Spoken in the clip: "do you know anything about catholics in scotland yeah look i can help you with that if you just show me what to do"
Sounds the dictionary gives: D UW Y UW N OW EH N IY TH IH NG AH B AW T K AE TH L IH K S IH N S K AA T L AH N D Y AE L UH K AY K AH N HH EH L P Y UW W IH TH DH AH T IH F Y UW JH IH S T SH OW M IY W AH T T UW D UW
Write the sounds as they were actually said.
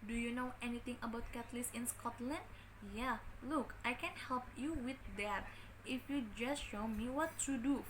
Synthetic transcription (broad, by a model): D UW Y UW N OW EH N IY T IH NG AH B AW T K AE T L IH S IH N S K AA T L AH N D Y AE L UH K AY K AH N HH EH L P Y UW W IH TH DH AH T IH F Y UW JH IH S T SH OW M IY W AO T T UW D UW